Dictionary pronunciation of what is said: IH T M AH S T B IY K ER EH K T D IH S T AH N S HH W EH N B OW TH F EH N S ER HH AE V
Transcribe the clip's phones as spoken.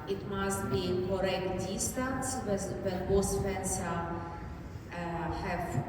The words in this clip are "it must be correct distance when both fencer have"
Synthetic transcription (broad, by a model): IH T M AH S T B IY K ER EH K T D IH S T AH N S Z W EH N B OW S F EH N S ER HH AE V